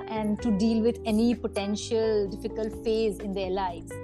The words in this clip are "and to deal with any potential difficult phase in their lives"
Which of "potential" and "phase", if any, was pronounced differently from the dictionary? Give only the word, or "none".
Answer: none